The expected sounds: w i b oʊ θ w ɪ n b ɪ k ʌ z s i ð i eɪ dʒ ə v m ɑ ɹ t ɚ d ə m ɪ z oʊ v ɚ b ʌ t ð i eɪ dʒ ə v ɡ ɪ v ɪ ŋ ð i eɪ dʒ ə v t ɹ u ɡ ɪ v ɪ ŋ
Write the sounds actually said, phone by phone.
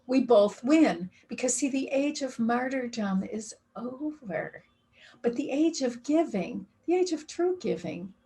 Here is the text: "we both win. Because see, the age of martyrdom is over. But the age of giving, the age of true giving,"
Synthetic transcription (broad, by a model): w i b oʊ θ w ɪ n b ɪ k ʌ z s i ð i eɪ dʒ ə v m ɑ ɹ t ɚ d ə m ɪ z oʊ v ɚ b ʌ t ð i eɪ dʒ ə v ɡ ɪ v ɪ ŋ ð i eɪ dʒ ə v t ɹ u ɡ ɪ v ɪ ŋ